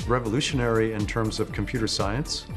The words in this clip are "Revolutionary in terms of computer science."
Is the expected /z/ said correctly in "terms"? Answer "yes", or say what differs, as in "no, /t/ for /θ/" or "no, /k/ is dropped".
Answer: yes